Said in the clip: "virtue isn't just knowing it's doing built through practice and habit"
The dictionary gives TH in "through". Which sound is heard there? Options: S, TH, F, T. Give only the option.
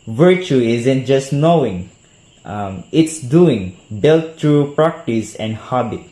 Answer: T